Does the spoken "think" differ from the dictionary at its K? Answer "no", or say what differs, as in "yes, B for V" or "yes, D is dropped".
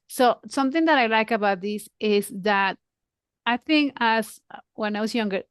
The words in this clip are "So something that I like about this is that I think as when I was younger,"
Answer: no